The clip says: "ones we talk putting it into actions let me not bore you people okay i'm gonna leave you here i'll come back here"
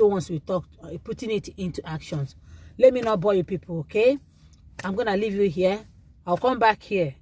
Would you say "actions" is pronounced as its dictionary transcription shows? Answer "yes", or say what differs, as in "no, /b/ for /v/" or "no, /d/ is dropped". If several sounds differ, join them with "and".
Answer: no, /s/ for /z/